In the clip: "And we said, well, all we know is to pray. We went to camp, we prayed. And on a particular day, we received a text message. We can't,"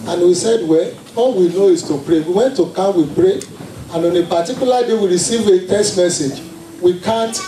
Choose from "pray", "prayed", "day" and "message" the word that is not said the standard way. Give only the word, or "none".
prayed